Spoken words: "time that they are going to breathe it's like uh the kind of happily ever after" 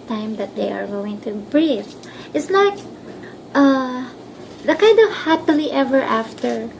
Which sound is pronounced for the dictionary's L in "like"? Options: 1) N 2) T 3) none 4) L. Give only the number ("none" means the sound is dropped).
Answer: 1